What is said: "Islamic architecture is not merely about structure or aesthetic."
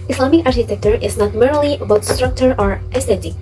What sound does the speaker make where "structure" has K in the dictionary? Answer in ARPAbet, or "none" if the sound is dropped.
K